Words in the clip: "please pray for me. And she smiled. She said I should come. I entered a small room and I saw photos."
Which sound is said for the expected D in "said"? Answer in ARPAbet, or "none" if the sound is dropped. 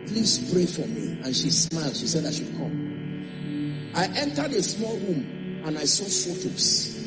D